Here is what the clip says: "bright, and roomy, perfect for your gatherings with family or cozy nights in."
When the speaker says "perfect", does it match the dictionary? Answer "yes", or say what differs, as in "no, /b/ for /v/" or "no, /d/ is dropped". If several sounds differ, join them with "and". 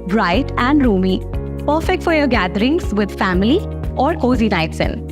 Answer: yes